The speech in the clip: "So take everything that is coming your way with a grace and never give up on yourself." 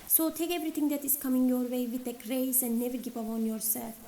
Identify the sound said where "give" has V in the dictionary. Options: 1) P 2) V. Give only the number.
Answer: 1